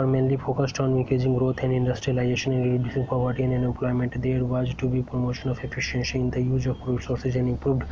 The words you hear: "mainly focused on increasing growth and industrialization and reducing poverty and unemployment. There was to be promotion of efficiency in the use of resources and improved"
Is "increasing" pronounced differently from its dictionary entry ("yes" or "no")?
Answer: yes